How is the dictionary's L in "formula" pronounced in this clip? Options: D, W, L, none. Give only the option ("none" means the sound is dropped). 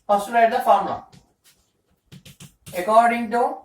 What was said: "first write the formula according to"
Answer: none